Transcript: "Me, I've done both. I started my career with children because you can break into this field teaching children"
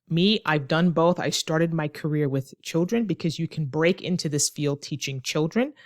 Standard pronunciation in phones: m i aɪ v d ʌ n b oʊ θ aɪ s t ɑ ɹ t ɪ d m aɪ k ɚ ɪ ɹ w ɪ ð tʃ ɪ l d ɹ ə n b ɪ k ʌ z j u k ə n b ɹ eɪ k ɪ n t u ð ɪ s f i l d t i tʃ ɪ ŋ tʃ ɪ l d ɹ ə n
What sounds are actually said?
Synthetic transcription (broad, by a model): m i aɪ v d ʌ n b oʊ θ aɪ s t ɑ ɹ t ɪ d m aɪ k ɚ ɪ ɹ w ɪ ð tʃ ɪ l d ɹ ə n b ɪ k ʌ z j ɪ k n b ɹ eɪ k ɪ n t u ð ɪ s f i l d t i tʃ ɪ ŋ tʃ ɪ l d ɹ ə n